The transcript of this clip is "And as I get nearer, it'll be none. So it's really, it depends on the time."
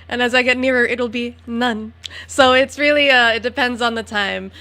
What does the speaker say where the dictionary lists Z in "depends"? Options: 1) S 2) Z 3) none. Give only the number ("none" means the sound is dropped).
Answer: 2